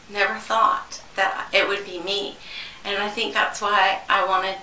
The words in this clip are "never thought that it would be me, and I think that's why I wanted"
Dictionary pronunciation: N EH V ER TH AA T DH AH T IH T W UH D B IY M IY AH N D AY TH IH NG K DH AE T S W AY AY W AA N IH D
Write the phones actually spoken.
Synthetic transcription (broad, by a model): N EH V ER TH AA T DH AH T IH T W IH D B IY M IY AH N AY TH IH NG K DH AE T S W AY AY W AA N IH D